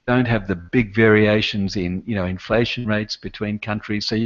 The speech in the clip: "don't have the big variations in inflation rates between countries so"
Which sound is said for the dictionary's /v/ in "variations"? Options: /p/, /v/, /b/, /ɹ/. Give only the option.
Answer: /v/